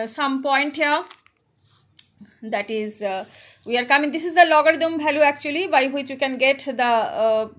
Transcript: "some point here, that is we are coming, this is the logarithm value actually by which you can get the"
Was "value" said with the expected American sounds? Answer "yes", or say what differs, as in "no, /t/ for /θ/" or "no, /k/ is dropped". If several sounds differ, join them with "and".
no, /b/ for /v/